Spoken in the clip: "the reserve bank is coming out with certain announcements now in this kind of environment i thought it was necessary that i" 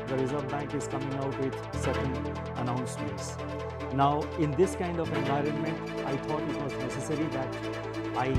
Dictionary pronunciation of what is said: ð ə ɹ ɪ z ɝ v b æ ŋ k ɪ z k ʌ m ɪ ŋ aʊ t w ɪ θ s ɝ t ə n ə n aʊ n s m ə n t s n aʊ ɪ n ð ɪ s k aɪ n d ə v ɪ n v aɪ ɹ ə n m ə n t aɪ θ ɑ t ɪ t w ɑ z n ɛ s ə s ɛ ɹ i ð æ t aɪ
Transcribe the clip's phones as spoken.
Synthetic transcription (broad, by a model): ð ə ɹ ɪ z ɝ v b æ ŋ k ɪ z k ʌ m ɪ ŋ aʊ t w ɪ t s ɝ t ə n ə n aʊ n s m ə n t s n aʊ ɪ n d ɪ s k aɪ n d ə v ɪ n v aɪ ɹ ə n m ə n t aɪ t ɑ t ɪ t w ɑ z n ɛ s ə s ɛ ɹ i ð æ t aɪ